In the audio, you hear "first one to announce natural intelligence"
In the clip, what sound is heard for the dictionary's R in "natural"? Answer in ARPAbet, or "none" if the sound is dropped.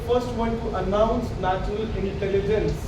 none